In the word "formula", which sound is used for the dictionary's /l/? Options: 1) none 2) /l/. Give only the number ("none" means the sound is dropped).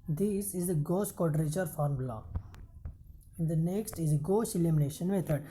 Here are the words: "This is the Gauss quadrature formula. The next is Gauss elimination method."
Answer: 1